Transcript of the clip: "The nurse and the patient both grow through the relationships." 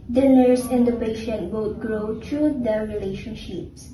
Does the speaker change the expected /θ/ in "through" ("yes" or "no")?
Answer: yes